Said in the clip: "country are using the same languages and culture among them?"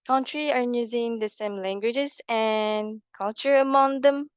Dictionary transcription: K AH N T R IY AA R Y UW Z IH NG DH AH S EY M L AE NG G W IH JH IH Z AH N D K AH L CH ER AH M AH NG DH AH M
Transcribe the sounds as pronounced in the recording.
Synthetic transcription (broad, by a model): K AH N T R IY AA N Y UW Z IH NG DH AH S EY M L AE NG G W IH JH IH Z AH N K AH L CH ER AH M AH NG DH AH M